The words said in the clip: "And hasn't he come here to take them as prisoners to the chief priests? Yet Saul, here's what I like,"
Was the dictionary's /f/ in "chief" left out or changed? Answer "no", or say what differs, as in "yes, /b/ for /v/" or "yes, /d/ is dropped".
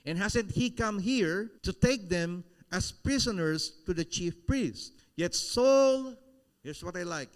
no